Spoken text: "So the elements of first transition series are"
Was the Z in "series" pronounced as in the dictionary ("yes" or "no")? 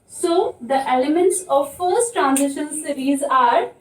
yes